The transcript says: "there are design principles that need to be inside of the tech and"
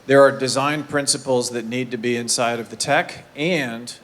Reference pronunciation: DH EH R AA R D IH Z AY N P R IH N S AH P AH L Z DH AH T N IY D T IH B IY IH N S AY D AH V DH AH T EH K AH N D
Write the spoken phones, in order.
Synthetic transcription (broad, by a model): DH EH R AA R D IH Z AY N P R IH N S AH P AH L Z DH AH T N IY D T IH B IY IH N S AY D AH V DH AH T EH K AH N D